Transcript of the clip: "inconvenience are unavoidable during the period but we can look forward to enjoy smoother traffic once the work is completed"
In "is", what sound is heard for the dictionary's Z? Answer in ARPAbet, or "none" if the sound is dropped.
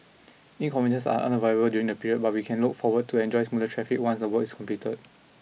S